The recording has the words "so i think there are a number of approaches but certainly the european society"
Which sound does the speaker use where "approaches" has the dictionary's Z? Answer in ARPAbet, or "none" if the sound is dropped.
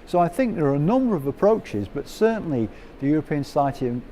Z